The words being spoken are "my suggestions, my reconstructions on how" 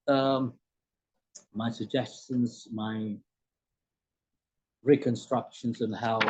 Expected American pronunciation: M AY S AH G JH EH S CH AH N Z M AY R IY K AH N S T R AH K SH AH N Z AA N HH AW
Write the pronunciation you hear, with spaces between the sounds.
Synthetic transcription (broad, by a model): M AY S AH G JH EH S CH AH N Z M AY R IY K AH N S T R AH K SH AH N Z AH N HH AW